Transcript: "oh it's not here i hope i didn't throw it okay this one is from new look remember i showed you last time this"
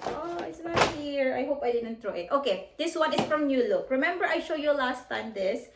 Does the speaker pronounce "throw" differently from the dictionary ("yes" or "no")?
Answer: yes